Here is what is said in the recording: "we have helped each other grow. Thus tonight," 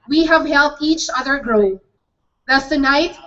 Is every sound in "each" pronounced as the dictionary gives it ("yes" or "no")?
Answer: yes